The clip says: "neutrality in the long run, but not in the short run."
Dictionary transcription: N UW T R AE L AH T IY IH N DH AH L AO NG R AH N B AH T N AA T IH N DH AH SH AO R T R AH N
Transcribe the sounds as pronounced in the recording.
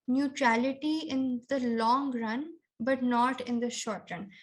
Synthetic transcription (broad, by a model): N UW T R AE L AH T IY IH N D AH L AO NG R AH N B AH T N AA T IH N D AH SH AO R T R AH N